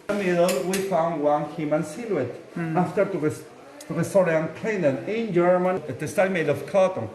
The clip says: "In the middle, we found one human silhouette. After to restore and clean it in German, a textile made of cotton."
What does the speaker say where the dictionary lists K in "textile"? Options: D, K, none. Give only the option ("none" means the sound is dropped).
none